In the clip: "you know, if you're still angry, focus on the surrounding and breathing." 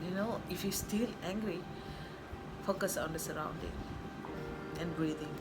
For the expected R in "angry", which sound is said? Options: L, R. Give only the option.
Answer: R